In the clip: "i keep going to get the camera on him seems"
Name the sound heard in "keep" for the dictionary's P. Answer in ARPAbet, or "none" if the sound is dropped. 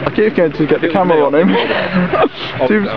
F